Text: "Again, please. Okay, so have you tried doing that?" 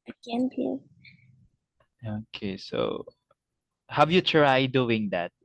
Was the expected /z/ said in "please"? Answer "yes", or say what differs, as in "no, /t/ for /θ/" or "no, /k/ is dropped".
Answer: no, /z/ is dropped